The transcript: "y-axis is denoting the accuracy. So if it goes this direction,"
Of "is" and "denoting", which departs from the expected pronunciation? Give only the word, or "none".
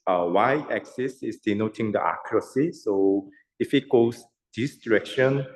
is